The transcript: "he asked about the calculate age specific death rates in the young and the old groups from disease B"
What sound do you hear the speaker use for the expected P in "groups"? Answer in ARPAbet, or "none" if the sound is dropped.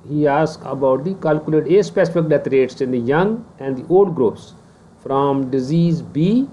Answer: none